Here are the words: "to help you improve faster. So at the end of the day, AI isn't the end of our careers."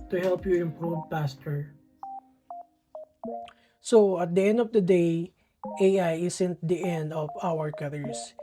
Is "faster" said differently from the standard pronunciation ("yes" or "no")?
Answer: yes